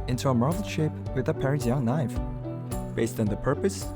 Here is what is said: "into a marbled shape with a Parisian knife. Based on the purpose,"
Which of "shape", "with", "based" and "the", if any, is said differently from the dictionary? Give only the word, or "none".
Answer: none